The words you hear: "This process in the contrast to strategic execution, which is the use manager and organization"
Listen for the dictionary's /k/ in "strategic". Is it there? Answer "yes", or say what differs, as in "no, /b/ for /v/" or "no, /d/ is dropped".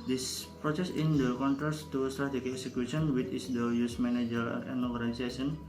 no, /k/ is dropped